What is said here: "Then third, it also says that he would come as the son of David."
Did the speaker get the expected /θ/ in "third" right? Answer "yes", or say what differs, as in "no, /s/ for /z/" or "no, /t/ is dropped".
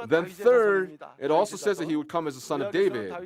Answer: yes